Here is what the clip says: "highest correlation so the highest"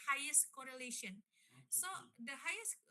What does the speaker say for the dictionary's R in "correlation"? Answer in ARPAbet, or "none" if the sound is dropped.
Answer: R